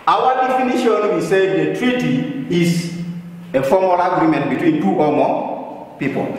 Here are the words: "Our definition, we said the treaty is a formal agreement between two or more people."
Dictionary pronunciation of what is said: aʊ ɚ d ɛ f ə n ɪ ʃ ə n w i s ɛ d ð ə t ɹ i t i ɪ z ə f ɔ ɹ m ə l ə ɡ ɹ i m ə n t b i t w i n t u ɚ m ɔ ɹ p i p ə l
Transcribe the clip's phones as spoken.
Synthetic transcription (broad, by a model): aʊ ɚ d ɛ f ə n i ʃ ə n w i s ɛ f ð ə t ɹ i t i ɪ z ə f ɔ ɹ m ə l ə ɡ ɹ i m ə n t b i t w i n t u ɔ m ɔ p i p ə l